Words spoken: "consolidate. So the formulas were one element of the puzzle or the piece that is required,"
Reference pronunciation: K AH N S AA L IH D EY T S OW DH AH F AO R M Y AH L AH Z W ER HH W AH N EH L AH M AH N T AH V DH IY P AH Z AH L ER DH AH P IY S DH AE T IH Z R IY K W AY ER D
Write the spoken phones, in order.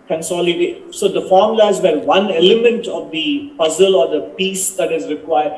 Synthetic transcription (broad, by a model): K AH N S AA L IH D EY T S OW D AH F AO R M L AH AH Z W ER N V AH N EH L AH M AH N T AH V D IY P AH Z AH L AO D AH P IY S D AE T IH Z R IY K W AY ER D